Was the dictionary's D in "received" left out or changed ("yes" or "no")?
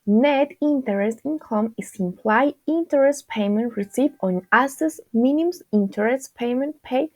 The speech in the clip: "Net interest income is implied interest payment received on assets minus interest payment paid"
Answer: yes